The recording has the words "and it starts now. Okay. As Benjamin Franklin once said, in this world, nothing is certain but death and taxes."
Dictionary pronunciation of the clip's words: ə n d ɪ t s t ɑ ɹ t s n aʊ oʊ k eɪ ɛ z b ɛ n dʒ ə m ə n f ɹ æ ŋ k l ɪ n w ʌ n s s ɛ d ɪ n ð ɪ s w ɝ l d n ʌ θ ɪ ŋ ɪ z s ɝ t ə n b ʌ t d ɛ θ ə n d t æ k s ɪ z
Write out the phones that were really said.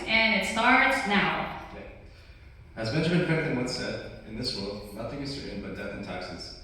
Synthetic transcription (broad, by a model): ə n ɪ t s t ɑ ɹ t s n aʊ oʊ k eɪ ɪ z b ɛ n dʒ ə m ə n p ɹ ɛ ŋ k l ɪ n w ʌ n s s ɛ d ɪ n ð ɪ s w ɝ l d n ʌ θ ɪ ŋ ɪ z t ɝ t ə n b ʌ t d ɛ θ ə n t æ k s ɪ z